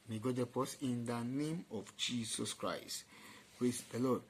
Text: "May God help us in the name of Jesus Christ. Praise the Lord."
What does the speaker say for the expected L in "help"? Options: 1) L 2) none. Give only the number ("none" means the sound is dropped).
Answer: 2